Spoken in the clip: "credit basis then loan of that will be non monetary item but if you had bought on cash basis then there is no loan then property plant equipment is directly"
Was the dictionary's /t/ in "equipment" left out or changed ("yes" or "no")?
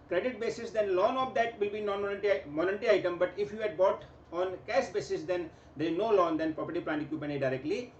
yes